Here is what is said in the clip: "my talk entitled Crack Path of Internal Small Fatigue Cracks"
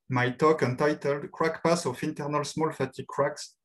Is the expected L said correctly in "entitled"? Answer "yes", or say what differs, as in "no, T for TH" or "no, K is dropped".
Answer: yes